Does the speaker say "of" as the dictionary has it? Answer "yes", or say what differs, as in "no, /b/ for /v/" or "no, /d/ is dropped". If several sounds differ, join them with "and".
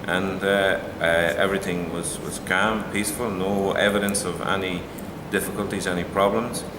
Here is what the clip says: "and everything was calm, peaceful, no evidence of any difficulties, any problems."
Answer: yes